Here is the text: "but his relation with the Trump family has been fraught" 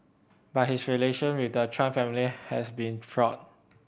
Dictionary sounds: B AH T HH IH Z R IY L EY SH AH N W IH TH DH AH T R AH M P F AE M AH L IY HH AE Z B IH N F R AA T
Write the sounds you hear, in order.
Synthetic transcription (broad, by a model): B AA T HH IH S R IY L EY SH AH N W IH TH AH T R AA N F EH M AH L IY HH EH S B IH N F R AA T